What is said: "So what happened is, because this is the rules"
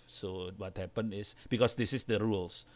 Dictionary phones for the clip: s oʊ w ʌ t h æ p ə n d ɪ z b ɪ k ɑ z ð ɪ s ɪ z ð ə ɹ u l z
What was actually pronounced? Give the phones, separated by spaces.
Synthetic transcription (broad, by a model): s oʊ w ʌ t h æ p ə n ɪ s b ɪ k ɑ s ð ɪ s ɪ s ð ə ɹ u l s